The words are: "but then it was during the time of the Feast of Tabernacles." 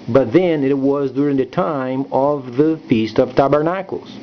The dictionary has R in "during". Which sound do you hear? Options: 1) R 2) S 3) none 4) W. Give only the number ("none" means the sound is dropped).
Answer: 1